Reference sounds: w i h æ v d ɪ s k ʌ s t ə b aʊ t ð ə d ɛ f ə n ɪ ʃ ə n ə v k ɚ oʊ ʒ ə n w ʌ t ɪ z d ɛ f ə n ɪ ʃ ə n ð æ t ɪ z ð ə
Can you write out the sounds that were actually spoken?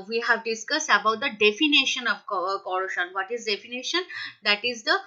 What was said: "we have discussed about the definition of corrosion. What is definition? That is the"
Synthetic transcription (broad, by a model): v i h æ v d ɪ s k ʌ s t ə b aʊ t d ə d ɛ f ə n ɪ ʃ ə n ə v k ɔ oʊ ʃ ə n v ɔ t ɪ z d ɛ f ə n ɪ ʃ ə n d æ t ɪ z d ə